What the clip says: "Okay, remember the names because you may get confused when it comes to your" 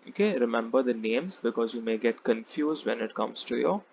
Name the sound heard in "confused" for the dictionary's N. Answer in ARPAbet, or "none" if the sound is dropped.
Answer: N